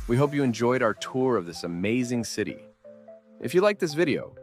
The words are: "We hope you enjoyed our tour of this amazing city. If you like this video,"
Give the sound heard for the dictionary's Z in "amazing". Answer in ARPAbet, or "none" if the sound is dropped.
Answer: Z